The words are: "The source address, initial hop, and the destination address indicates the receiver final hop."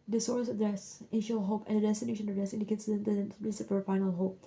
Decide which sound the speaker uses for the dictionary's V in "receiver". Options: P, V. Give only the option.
P